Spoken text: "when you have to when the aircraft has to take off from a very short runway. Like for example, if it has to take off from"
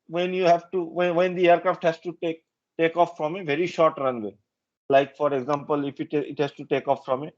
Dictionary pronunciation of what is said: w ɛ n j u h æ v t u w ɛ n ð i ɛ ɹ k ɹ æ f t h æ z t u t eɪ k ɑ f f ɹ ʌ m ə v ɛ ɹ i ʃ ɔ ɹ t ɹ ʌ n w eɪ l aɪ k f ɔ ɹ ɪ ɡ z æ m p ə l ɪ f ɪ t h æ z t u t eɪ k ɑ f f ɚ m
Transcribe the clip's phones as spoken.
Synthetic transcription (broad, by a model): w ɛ n j u h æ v t u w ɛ n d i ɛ ɹ k ɹ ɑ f t h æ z t u t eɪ k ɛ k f ɹ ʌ m ə v ɛ ɹ i ʃ ɔ ɹ t ɹ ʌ n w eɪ l aɪ k f ɔ ɹ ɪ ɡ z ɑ m p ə l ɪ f ɪ t h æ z t u t eɪ k ɑ f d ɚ m